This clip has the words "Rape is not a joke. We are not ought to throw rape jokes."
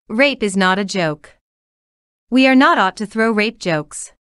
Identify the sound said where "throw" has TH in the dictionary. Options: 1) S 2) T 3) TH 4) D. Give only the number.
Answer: 3